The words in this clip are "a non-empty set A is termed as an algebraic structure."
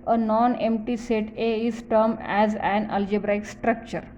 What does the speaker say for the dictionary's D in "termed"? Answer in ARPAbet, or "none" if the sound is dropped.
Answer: none